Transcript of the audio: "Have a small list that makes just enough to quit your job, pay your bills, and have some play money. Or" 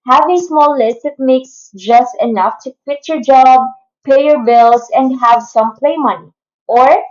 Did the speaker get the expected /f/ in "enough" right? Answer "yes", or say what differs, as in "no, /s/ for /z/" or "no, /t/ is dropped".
yes